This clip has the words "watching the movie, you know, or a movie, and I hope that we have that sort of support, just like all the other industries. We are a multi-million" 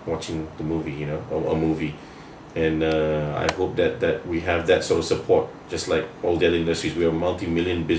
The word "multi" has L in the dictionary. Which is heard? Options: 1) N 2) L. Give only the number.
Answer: 1